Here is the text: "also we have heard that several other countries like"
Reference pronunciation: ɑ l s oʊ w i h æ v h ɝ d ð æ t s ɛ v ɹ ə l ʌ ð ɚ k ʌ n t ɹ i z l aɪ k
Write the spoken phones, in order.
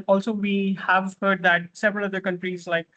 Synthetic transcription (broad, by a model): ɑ l s oʊ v i h æ v h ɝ d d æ t s ɛ v ɹ ə l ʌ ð ɚ k ʌ n t ɹ i z l aɪ k